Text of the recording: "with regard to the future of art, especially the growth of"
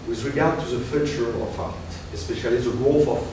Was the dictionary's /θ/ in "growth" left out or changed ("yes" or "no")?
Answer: yes